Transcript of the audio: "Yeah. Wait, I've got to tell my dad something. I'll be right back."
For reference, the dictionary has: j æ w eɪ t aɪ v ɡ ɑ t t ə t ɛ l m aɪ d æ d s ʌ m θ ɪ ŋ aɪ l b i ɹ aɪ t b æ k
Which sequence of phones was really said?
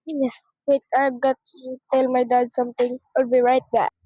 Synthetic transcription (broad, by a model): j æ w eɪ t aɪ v ɡ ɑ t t t ɛ l m aɪ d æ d s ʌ m t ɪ ŋ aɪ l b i ɹ aɪ t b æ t